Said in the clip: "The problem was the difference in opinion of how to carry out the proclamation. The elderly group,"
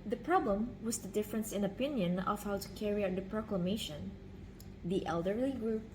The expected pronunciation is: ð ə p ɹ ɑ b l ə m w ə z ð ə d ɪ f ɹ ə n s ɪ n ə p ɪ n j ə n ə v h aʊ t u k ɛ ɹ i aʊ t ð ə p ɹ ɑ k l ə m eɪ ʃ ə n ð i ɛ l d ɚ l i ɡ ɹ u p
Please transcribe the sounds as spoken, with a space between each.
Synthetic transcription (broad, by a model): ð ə p ɹ ɑ b l ə m w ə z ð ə d ɪ f ɹ ə n s ɪ n ə p ɪ n j ə n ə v h aʊ t u k ɛ ɹ i aʊ t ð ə p ɹ ɑ k l ə m eɪ ʃ ə n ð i ɛ l d ɚ l i ɡ ɹ u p